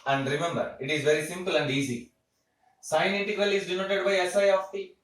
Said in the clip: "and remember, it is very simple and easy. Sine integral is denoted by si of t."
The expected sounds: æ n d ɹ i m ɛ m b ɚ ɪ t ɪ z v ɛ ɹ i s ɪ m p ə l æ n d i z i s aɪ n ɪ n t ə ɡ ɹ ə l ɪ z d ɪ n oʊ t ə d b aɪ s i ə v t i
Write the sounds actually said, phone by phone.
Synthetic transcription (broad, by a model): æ n d ɹ i m ɛ m b ɚ ɪ t ɪ z v ɛ ɹ i s ɪ m p ə l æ n d i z i s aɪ ɪ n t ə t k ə l ɪ z d ɪ n oʊ t ə d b aɪ s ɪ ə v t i